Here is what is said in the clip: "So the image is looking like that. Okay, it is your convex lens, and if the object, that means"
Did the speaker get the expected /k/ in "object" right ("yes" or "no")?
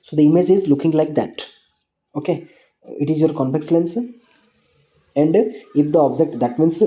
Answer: yes